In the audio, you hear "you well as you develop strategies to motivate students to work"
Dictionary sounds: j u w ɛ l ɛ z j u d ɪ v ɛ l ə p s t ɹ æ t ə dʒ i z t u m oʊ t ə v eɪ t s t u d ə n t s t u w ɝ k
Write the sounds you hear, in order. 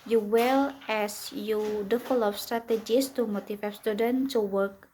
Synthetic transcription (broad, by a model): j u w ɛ l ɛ s j u d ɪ f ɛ l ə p s t ɹ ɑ t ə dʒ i s t u m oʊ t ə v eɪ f s t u d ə n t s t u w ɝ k